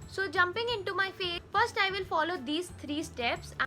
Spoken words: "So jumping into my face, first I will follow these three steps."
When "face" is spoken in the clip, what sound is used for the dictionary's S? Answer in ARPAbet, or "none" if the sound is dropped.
none